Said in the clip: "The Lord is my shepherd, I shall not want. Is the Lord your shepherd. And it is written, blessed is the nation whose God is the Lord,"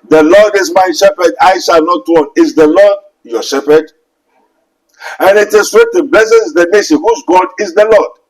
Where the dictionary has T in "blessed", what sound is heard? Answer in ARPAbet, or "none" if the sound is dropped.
none